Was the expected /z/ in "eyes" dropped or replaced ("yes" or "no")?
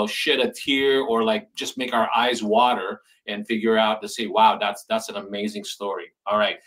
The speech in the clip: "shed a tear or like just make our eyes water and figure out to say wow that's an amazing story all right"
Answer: no